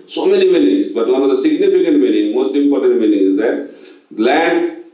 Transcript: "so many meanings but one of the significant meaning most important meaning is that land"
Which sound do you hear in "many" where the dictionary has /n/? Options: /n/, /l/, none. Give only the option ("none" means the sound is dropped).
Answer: /l/